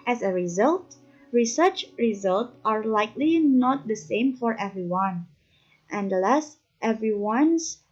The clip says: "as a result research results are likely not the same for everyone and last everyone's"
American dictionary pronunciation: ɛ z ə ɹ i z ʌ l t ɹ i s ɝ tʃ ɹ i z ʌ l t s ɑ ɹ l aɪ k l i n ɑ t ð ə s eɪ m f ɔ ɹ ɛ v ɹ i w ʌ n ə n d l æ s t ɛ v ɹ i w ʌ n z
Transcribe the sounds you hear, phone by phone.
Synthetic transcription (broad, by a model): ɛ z ə ɹ i z ʌ l t ɹ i s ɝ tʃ ɹ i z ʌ l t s ɑ ɹ l aɪ k l i n ɑ t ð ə s eɪ m f ɔ ɹ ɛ v ɹ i w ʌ n ə n d l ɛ s t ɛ v ɹ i w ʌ n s